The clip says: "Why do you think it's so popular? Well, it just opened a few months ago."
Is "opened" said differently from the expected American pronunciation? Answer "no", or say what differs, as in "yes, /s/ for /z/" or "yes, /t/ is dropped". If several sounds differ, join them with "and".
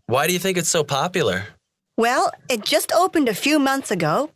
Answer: no